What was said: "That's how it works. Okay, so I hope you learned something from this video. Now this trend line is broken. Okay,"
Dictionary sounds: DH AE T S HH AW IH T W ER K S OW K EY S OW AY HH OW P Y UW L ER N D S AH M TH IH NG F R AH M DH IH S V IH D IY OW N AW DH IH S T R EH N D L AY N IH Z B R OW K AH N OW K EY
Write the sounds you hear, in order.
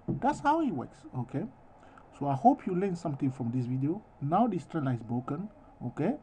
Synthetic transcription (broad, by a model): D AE T S HH AW IH T W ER K S OW K EY S OW AY HH OW P Y UW L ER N S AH M T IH NG F R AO M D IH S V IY D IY OW N AW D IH S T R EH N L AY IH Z B R OW K AH N OW K EY